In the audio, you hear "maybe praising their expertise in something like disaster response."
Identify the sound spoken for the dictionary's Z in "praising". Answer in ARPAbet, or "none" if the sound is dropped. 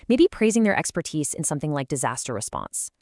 Z